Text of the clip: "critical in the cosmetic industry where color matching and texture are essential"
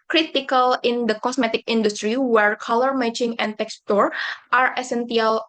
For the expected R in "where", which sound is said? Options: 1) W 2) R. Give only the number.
2